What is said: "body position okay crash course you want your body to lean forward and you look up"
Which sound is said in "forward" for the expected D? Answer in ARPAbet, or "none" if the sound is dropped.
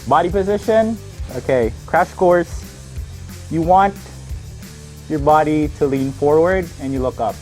D